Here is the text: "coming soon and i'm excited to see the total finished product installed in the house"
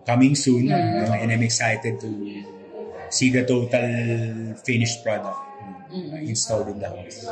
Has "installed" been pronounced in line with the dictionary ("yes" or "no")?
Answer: yes